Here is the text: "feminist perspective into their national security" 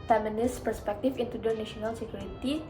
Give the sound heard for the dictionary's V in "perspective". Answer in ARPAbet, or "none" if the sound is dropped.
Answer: F